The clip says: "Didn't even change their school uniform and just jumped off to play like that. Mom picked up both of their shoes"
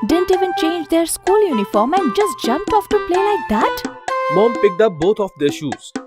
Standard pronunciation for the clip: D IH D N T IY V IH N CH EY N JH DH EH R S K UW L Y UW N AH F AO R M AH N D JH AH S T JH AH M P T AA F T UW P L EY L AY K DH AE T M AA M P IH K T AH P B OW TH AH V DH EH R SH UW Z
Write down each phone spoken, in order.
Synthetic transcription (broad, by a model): D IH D N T IY V IH N CH EY N JH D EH R S K UW L Y UW N AH F AO R M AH N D JH AH S T JH AH M P T AA F T UW P L EY L AY K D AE T M AA M P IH K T AH P B OW T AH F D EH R SH UW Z